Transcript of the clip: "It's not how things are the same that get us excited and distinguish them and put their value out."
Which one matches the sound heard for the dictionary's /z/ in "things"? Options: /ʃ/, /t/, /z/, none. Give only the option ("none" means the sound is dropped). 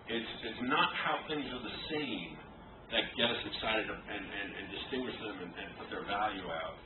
/z/